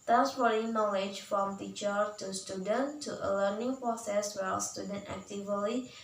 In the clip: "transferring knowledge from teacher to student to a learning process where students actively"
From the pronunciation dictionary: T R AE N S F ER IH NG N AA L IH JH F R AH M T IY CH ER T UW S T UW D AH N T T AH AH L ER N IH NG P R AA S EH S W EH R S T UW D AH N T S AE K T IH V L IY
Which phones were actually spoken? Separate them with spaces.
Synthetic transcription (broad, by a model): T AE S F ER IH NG N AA L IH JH F R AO M T IY CH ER T UW S T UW D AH N T T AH AH L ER N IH NG P R AA S EH S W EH L S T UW D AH N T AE K T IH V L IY